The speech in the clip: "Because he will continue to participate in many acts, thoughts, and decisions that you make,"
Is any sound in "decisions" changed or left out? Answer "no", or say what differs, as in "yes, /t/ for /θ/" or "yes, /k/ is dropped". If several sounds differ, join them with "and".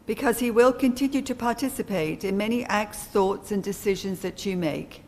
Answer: no